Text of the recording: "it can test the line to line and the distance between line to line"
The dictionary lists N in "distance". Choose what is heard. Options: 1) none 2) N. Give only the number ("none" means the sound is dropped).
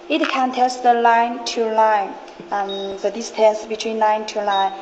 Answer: 1